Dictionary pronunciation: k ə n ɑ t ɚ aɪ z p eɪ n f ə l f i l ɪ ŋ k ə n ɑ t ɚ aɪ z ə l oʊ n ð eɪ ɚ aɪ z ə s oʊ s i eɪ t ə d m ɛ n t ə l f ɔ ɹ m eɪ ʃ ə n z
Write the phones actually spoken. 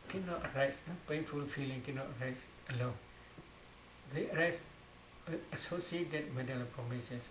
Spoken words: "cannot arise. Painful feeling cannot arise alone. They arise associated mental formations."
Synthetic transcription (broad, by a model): k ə n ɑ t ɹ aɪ s p eɪ n f ə l f i l ɪ ŋ k ə n ɑ t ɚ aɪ s ə l oʊ n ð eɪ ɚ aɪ s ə s oʊ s i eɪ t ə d m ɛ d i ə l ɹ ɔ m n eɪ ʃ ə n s